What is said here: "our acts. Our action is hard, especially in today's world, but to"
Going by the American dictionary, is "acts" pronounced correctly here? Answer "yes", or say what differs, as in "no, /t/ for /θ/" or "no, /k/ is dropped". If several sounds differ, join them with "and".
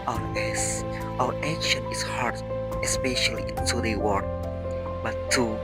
no, /k/ is dropped